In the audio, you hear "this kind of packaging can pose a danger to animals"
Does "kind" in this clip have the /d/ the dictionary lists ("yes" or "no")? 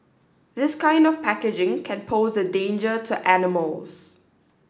yes